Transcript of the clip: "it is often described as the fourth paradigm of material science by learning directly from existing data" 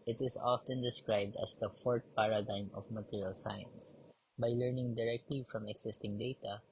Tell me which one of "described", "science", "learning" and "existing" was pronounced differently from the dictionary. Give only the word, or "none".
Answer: existing